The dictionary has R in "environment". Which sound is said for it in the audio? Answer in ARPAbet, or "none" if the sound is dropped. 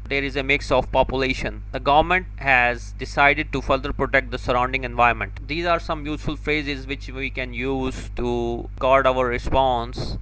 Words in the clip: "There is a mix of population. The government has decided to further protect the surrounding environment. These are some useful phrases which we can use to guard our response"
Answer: none